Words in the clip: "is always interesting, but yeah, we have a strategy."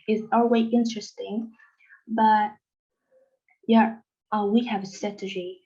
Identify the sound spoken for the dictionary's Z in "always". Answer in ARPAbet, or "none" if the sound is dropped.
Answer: none